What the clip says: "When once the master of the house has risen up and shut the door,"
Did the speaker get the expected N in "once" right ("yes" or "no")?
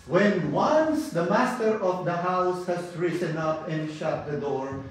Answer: yes